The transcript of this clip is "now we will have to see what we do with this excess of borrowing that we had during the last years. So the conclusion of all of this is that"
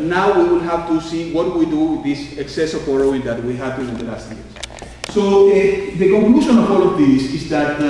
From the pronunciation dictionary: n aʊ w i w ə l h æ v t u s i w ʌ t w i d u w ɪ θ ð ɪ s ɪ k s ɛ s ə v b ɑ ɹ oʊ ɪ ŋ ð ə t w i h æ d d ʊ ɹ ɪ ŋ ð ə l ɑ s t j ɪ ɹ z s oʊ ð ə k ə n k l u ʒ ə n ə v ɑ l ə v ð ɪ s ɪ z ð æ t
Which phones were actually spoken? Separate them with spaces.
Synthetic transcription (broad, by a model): n aʊ w i w ə l h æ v t u s i w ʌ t w i d u w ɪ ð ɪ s ɪ k s ɛ s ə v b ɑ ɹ oʊ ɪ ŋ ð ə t w i h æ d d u ɪ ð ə l ɑ s t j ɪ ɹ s s oʊ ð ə k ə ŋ k l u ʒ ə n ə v ɑ l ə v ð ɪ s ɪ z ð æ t